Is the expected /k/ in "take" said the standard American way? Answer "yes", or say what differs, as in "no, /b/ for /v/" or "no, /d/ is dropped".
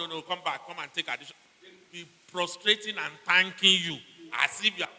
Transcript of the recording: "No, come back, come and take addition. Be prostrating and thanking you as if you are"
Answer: yes